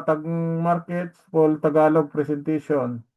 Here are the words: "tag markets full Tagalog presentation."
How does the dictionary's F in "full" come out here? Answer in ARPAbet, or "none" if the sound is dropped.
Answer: P